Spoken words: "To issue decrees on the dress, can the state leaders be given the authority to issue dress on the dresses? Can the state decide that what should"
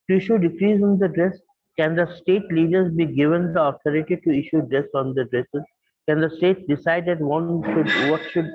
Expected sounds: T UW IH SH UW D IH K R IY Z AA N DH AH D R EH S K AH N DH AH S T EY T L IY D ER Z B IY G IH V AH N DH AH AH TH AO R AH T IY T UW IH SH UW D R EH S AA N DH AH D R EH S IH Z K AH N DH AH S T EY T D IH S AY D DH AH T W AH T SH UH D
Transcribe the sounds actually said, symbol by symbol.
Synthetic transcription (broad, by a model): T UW IH SH UW D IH K R IY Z AA N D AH D R EH S K AH N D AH S T EY T L IY D ER Z B IY G IH V AH N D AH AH T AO R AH T IY T UW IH SH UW D R EH S AA N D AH D R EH S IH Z K AH N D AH S T EY T D IH S AY D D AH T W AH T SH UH D